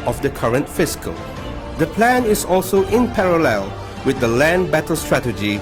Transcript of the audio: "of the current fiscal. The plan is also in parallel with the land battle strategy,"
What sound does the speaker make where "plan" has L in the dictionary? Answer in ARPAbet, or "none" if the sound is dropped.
L